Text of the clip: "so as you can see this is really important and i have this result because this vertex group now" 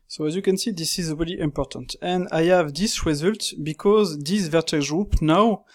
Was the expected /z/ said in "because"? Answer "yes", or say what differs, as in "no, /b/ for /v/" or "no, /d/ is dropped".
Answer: yes